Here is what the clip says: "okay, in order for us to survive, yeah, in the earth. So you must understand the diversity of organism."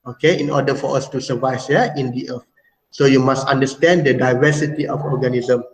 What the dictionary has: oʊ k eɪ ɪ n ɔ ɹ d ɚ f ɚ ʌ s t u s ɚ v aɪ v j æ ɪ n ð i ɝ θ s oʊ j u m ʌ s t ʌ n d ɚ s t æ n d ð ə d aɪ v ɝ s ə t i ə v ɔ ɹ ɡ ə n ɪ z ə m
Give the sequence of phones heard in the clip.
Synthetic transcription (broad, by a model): oʊ k eɪ ɪ n ɔ d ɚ f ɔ ʌ s t u s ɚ v aɪ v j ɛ ɪ n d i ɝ f s oʊ j u m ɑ s t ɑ n d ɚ s t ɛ n d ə d aɪ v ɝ s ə t i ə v ɔ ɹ ɡ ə n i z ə m